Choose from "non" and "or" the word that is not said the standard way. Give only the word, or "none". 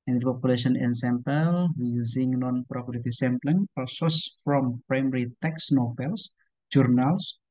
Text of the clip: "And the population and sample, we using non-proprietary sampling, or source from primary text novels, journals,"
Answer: or